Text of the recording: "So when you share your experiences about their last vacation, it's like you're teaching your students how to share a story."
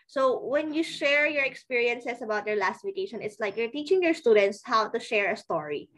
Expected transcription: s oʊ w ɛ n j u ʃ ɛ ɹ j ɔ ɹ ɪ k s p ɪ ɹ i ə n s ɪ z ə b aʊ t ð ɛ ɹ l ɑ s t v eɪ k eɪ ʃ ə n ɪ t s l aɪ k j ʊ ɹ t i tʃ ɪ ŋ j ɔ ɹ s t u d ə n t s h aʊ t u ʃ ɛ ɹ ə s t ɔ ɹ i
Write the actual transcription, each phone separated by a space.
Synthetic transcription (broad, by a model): s oʊ w ɛ n j u ʃ ɛ ɹ j ɔ ɹ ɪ k s p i ɹ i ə n s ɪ s ə b aʊ t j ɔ ɹ l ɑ s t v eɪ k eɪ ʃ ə n ɪ t s l aɪ k j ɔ ɹ t i tʃ ɪ ŋ j ɔ ɹ s t u d ə n t s h aʊ t u ʃ ɛ ɹ ə s t ɔ ɹ i